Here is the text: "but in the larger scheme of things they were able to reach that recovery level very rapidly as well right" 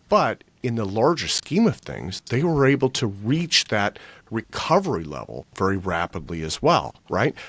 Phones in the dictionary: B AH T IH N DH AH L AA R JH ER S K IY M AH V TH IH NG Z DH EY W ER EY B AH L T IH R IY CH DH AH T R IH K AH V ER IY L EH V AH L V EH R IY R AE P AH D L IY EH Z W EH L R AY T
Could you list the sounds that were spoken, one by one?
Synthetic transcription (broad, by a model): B AH T IH N DH AH L AA R JH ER S K IY M AH V TH IH NG Z DH EY W ER EY B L T IH R IY CH DH AH T R IH K AH V ER IY L EH V L V EH R IY R AE P AH D L IY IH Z W EH L R AY T